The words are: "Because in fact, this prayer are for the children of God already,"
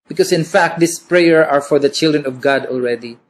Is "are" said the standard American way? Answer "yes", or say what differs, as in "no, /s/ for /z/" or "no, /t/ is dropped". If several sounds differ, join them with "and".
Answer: yes